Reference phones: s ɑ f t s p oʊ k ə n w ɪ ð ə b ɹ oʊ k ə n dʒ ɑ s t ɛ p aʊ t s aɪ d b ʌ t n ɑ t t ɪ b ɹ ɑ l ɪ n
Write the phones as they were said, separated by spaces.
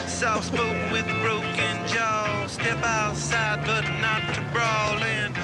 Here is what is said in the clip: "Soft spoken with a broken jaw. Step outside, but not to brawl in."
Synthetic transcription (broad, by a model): s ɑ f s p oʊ ə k w ɪ ð ɹ oʊ k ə n dʒ ɑ s t ɛ p aʊ t s aɪ d b ʌ t n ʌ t t ɪ b ɹ ɑ l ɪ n